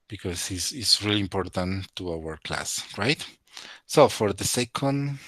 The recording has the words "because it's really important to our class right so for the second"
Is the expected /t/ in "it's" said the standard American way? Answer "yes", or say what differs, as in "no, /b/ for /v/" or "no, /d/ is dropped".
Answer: no, /s/ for /t/